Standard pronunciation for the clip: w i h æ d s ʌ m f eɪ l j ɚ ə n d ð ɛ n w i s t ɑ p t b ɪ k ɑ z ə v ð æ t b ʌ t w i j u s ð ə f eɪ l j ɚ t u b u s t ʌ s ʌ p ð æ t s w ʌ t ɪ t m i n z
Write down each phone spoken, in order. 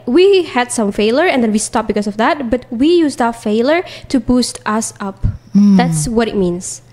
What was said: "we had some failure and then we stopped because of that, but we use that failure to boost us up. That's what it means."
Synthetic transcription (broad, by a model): w i h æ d s ʌ m f eɪ l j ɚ ə n d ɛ n w i s t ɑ p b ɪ k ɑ s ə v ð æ t b ʌ t w i j u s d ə f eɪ l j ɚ t u b u s t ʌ s ʌ p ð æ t s w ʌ t ɪ t m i n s